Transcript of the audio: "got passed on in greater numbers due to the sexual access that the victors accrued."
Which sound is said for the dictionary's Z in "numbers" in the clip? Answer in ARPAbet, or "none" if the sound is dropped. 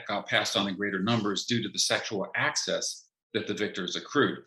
Z